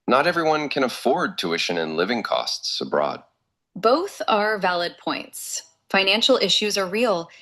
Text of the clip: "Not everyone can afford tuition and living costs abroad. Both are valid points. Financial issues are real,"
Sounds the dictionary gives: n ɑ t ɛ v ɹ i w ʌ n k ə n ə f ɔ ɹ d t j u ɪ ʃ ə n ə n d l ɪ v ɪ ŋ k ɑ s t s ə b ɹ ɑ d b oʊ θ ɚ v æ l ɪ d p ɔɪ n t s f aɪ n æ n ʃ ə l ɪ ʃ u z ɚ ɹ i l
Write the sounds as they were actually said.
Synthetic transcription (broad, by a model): n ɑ t ɛ v ɹ i w ʌ n k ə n ə f ɔ ɹ d t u ɪ ʃ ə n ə n l ɪ v ɪ ŋ k ɑ s t s ə b ɹ ɑ d b oʊ θ ɚ v æ l ɪ d p ɔɪ n t s f aɪ n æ n ʃ l ɪ ʃ u z ɚ ɹ i l